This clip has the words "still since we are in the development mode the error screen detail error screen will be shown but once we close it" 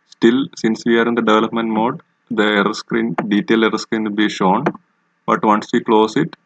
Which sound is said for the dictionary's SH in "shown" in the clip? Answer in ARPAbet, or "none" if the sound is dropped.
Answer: SH